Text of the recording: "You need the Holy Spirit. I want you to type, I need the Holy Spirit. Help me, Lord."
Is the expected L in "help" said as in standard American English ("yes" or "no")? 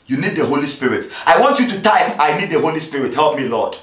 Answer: yes